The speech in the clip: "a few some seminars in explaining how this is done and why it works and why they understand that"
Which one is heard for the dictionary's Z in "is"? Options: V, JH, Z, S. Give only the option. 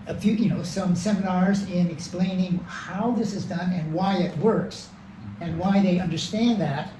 Z